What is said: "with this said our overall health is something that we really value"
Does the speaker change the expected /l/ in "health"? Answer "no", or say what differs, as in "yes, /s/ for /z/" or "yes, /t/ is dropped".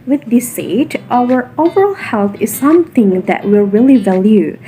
no